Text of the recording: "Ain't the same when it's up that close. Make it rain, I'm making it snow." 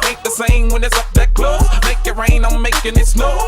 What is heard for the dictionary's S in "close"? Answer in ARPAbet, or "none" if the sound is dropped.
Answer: none